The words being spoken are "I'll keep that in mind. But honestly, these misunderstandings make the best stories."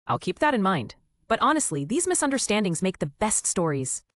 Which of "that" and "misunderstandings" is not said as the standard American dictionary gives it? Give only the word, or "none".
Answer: none